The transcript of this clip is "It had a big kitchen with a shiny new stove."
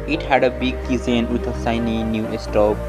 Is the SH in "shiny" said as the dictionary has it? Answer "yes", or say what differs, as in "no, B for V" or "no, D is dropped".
no, S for SH